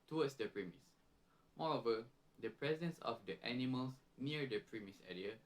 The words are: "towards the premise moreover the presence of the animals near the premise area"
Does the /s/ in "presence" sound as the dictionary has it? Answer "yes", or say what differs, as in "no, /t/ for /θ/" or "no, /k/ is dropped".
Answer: yes